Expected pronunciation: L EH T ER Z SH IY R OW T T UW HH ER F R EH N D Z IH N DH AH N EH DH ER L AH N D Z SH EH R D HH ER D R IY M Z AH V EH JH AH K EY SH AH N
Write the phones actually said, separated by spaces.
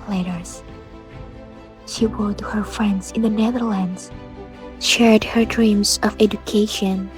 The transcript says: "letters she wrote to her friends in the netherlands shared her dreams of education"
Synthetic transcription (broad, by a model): L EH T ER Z SH IY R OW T T UW HH ER F R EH N D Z IH N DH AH N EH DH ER L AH N D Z SH EH R D HH ER D R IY M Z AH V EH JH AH K EY SH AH N